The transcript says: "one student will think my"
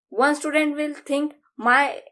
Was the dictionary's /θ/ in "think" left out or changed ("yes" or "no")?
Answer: yes